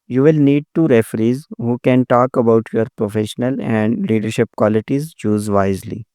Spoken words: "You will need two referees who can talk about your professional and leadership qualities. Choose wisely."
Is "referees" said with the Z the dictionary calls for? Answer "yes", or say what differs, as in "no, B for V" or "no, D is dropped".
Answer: yes